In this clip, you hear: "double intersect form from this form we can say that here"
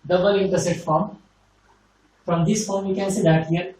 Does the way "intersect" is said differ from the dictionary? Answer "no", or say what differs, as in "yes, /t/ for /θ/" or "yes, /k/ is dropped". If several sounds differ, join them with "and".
yes, /k/ is dropped